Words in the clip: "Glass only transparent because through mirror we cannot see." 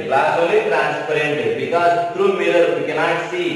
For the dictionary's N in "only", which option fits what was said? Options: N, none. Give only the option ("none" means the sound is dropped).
none